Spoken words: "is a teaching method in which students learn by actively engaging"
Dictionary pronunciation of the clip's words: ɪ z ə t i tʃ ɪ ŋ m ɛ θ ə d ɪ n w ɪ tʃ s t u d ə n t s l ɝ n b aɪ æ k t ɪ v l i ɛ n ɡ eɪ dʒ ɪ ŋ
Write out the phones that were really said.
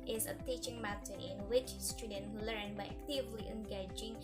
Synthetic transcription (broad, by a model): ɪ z ə t i tʃ ɪ ŋ m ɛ t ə ɪ n w ɪ tʃ s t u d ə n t l ɝ n b aɪ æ k t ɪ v l i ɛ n ɡ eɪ dʒ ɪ ŋ